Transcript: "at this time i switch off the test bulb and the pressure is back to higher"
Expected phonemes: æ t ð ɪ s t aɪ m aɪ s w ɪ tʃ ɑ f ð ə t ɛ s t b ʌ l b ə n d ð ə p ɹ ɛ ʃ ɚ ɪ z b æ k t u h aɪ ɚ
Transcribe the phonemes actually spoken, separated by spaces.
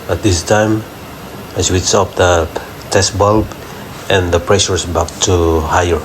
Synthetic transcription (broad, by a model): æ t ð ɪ s t aɪ m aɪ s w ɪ s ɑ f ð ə t ɛ s t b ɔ l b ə n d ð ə p ɹ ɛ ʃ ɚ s b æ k t u h aɪ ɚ